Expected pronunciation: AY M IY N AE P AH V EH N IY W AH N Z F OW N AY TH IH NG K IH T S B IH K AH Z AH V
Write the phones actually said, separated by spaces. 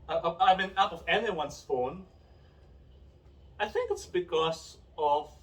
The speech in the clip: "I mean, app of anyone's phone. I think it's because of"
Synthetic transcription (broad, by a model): AY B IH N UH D AH V EH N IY W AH N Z F OW N AY TH IH NG K IH T S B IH K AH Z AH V